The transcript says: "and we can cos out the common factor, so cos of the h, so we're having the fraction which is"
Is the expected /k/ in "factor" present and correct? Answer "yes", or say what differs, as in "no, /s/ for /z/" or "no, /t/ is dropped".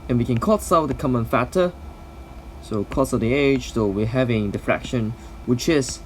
no, /k/ is dropped